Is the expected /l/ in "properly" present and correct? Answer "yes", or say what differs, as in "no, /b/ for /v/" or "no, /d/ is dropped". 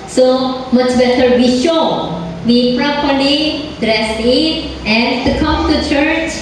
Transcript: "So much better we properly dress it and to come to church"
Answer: no, /n/ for /l/